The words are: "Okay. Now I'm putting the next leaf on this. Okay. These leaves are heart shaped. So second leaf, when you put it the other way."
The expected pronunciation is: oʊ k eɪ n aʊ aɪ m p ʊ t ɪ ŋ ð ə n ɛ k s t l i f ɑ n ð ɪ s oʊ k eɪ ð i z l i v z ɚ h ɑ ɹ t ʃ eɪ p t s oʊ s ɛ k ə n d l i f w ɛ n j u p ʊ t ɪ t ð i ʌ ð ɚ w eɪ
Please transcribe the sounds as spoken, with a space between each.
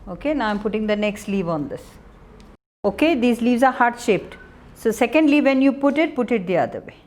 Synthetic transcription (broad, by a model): oʊ k eɪ n aʊ aɪ m p ʊ t ɪ ŋ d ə n ɛ k s t l i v ɑ n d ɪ s oʊ k eɪ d i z l i v z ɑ h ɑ ɹ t ʃ eɪ p t s oʊ s ɛ k ə n d l i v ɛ n j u p ʊ t ɪ t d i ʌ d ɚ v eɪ